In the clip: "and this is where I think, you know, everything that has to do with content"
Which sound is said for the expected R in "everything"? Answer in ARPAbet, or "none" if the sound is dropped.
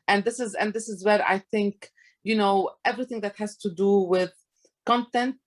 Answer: R